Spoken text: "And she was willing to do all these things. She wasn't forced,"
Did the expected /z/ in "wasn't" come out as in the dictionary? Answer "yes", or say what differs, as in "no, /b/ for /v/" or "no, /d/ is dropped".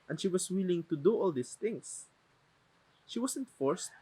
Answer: no, /s/ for /z/